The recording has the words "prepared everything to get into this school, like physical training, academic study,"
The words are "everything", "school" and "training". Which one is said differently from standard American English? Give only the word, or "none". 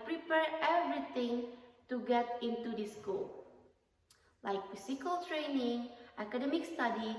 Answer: everything